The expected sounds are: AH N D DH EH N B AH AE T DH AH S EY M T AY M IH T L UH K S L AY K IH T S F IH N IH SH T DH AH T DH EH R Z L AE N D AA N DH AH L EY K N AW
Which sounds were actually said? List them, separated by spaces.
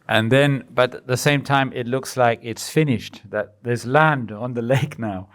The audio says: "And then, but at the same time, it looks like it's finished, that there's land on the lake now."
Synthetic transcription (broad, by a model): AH N DH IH N B AH T DH AH S EY M T AY M IH T L UH K S L AY K IH T S F IH N IH SH T DH AH T DH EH R Z L AE N D N DH AH L EY K N AW